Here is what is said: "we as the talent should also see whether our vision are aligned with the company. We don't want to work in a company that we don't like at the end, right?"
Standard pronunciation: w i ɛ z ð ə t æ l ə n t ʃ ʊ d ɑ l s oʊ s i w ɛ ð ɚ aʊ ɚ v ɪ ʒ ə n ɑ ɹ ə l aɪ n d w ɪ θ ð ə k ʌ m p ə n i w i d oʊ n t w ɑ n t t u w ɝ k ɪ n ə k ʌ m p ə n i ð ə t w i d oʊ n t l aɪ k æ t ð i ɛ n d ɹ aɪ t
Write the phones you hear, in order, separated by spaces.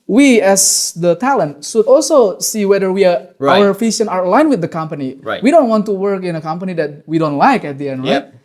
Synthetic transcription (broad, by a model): w i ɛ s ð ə t æ l ə n t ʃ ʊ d ɑ l s oʊ s i w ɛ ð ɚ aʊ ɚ f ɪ ʃ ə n ɑ ɹ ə l aɪ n w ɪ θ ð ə k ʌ m p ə n i w i d oʊ n t w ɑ n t t u w ɝ k ɪ n ə k ʌ m p ə n i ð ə t w i d oʊ n t l aɪ k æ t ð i ɛ n d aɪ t